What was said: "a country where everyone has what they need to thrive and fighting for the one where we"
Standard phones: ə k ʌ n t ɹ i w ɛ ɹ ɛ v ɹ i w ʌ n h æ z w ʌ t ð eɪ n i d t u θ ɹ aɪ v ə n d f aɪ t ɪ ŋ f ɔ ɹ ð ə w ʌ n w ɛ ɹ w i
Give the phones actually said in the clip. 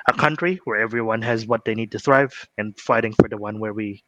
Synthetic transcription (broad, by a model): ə k ʌ n t ɹ i w ɛ ɹ ɛ v ɹ i w ʌ n h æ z w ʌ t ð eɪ n i d t u θ ɹ aɪ v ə n f aɪ t ɪ ŋ f ɔ ɹ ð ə w ʌ n w ɛ ɹ w i